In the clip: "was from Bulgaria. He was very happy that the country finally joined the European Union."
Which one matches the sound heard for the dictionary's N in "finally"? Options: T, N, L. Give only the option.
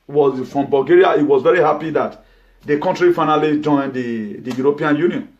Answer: N